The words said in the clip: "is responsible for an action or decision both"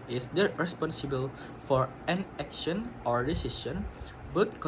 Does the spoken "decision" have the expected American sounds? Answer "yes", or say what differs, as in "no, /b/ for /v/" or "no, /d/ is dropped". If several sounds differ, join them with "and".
no, /s/ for /ʒ/